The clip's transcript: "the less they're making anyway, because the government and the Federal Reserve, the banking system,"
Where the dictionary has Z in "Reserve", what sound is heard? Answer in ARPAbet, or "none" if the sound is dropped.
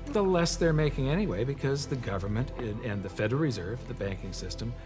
Z